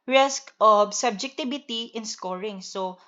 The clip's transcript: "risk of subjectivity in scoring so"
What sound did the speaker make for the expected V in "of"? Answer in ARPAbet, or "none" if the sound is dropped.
B